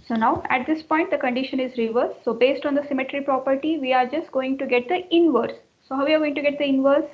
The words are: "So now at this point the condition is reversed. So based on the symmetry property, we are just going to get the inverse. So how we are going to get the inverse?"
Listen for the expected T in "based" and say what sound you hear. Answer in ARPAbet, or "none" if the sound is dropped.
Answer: T